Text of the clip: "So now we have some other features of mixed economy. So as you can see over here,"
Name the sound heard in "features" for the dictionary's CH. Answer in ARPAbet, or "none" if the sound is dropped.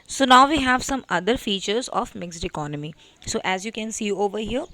CH